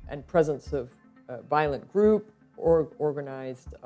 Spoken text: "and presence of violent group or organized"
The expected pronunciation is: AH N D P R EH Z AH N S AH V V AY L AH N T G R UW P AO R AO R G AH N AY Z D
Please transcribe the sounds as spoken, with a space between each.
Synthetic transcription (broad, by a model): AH N P R EH Z AH N S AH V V AY L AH N G R UW P AO R AO R G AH N AY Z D